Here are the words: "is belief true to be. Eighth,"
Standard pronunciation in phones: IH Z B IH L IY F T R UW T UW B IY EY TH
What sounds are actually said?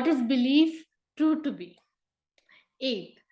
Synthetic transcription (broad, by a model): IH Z B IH L IY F T UW T UW B IY EY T